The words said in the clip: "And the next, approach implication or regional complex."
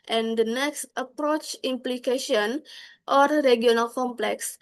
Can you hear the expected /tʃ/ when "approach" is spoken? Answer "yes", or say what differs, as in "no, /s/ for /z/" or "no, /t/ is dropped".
yes